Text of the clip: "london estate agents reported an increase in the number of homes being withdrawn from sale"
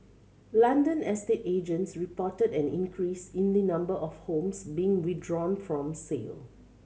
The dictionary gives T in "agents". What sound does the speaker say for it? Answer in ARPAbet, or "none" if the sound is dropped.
T